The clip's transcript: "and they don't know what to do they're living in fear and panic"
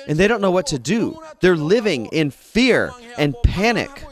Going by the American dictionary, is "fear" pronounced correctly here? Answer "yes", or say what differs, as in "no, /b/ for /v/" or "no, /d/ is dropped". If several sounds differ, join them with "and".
yes